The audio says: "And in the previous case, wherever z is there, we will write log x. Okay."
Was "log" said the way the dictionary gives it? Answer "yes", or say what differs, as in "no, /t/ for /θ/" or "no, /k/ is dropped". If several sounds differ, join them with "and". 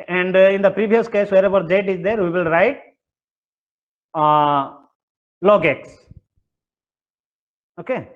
yes